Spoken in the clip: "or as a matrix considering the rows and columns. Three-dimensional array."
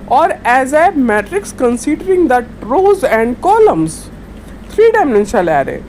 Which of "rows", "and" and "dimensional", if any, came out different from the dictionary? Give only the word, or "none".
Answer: dimensional